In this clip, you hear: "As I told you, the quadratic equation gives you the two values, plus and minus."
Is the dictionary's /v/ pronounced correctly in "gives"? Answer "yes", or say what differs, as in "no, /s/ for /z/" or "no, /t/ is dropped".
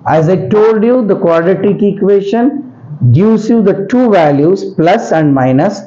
no, /v/ is dropped